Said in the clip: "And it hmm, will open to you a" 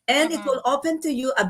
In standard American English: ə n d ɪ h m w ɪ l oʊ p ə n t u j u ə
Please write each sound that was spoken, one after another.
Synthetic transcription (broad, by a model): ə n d ɪ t w ɪ l oʊ p ə n t u j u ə